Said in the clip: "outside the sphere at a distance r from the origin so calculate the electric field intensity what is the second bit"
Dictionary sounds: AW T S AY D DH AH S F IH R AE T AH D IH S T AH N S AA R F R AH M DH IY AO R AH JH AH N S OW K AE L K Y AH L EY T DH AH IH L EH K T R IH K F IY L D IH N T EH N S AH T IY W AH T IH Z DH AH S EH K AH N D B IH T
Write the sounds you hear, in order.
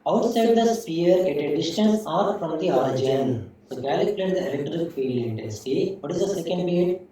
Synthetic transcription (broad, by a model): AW T S AY D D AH S P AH R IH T AH D IH S T AH N S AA R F R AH M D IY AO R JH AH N S OW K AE L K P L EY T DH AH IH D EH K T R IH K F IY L IH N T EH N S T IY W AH T IH Z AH S EH K AH N D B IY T